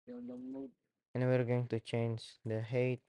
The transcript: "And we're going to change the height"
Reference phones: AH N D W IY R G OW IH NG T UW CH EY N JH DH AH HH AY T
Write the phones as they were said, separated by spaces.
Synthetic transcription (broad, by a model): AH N W IY R G OW IH NG T UW CH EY N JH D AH HH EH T